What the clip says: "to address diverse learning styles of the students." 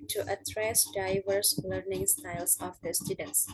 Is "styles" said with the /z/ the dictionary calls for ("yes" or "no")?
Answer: no